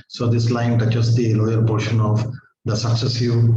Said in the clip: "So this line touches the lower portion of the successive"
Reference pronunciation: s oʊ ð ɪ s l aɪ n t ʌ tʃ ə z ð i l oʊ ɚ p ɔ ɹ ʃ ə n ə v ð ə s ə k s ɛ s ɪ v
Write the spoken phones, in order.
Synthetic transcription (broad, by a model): s oʊ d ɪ s l aɪ n t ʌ tʃ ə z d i l oʊ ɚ p ɔ ɹ ʃ ə n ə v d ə s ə k s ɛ s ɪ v